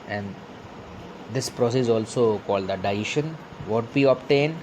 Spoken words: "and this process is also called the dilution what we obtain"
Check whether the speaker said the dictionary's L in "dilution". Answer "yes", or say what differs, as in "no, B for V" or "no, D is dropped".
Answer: no, L is dropped